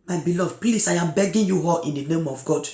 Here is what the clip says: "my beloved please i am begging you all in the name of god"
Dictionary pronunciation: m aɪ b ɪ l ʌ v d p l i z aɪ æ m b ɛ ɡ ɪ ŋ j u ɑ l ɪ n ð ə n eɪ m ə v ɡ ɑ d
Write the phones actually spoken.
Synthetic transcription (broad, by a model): m aɪ b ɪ l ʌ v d p l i s aɪ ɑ m b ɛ ɡ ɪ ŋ j u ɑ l ɪ n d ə n eɪ m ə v ɡ ɑ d